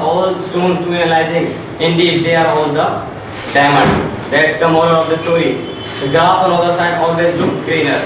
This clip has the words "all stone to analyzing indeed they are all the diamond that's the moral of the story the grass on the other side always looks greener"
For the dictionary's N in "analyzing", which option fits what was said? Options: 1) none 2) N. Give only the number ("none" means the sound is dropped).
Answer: 1